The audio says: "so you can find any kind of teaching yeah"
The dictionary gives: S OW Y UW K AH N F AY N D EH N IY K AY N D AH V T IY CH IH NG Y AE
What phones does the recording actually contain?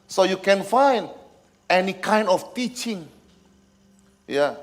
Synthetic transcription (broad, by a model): S OW Y UW K AH N F AY N D EH N IY K AY N D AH F T IY CH IH NG Y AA